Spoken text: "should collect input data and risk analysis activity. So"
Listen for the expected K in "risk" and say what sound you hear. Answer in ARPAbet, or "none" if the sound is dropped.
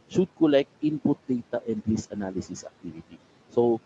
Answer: none